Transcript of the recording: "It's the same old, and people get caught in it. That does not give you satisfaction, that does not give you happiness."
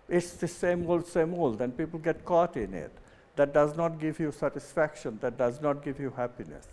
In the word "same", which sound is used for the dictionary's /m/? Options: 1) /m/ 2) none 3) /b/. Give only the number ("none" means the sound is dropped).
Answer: 1